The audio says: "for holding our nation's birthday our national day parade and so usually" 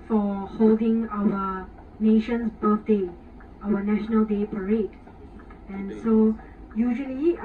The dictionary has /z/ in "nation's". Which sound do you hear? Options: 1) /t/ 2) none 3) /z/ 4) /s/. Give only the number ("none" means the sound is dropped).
4